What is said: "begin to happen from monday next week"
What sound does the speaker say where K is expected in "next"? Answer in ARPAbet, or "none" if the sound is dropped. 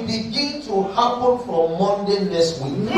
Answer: none